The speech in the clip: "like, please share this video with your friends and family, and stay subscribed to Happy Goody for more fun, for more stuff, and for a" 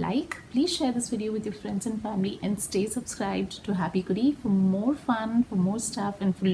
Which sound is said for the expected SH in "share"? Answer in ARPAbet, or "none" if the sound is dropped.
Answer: SH